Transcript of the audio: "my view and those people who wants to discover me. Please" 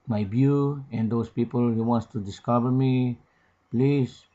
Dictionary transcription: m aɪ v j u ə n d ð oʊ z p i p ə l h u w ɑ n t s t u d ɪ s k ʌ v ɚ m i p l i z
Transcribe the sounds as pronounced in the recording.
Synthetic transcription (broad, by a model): m aɪ b j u ə n d oʊ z p i p ə l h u w ɑ n t s t u d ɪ s k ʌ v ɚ m i p l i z